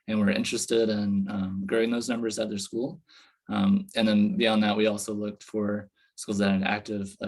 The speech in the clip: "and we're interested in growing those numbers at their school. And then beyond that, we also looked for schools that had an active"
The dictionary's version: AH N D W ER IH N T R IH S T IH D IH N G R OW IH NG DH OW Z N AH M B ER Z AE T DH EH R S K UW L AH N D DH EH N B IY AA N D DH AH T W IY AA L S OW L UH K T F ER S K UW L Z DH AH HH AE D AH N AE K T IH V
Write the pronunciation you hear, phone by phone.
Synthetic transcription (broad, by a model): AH N W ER IH N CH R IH S T IH D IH N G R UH IH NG DH OW Z N AH M B ER Z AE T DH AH R S K UW L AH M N DH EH N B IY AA N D DH AH T W IY AA L S OW L UH K T F ER S K UW L Z DH AH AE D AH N AE K T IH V